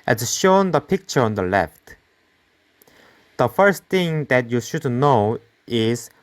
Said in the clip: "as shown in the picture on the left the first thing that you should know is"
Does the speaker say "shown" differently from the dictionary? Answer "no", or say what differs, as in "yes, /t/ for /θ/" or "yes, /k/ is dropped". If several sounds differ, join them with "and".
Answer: yes, /n/ is dropped